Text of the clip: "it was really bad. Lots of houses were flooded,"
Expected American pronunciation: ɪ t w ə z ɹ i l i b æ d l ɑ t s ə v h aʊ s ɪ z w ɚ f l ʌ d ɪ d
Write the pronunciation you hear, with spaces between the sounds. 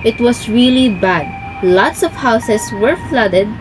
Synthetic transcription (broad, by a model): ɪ t w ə s ɹ i l i b æ d l ɑ t s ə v h aʊ s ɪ s w ɚ f l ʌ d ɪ d